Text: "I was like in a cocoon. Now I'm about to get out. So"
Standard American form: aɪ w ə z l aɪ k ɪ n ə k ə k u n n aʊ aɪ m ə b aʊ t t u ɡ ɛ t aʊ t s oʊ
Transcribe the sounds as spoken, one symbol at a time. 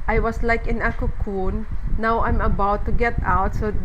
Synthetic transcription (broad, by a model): aɪ w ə s l aɪ k ɪ n ə k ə k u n n aʊ aɪ m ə b aʊ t t u ɡ ɛ t aʊ t s oʊ